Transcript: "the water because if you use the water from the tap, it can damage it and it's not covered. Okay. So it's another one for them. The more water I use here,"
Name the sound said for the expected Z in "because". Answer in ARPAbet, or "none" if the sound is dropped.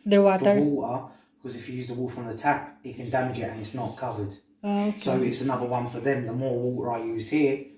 Z